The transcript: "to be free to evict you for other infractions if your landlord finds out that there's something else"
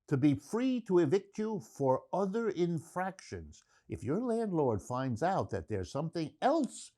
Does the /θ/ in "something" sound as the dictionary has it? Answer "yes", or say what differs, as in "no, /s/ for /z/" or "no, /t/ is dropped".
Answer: yes